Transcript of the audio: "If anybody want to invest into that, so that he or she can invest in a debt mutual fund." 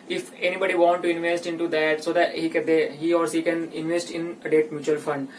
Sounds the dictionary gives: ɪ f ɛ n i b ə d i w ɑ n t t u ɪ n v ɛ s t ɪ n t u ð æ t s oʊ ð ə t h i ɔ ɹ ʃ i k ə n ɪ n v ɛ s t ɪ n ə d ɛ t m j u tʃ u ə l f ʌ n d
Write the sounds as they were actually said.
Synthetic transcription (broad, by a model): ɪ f ɛ n i b ə d i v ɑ n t t u ɪ n v ɛ s t ɪ n t u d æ t s oʊ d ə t h i ɔ ɹ s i k ə n ɪ n v ɛ s t ɪ n ə d ɛ t m j u tʃ u ə l f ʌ n d